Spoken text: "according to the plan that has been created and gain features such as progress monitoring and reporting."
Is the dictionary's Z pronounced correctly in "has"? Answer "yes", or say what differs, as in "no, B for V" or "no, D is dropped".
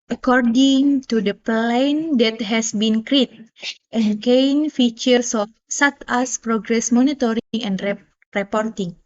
no, S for Z